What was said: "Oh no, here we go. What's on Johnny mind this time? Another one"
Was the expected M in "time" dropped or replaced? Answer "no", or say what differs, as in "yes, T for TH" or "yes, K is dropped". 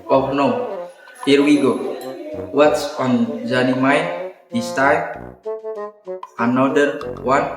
yes, M is dropped